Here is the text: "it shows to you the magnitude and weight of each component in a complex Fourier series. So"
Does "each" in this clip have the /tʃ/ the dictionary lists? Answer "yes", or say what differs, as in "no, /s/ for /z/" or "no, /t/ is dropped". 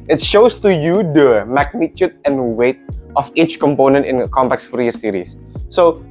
yes